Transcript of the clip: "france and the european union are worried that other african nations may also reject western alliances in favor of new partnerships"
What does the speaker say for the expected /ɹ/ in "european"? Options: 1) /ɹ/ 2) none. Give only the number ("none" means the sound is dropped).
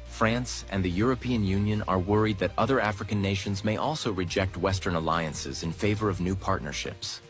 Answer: 1